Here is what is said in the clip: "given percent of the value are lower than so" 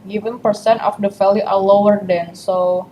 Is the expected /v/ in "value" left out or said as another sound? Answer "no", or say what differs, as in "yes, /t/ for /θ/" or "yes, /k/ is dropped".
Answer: yes, /f/ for /v/